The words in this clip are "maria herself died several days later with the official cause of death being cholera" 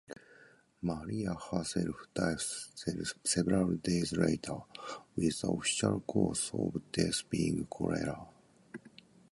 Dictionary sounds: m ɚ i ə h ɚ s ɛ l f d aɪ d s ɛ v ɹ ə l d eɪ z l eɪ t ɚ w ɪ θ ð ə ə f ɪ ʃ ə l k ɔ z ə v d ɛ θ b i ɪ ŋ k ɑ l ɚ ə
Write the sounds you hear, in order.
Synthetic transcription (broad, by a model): m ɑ i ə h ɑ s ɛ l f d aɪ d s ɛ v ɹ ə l d eɪ z l eɪ t ɚ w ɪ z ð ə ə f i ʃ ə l k ɔ s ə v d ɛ s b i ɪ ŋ k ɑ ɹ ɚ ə